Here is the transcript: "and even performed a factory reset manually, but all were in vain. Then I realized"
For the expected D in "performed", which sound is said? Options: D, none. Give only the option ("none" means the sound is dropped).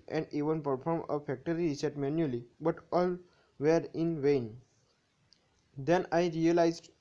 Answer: none